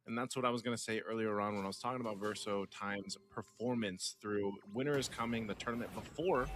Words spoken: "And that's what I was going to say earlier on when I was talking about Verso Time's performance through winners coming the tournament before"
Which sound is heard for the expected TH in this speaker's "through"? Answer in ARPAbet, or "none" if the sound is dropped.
TH